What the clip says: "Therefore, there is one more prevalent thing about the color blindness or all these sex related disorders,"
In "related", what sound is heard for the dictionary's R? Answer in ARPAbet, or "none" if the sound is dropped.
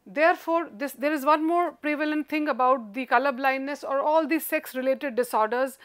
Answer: R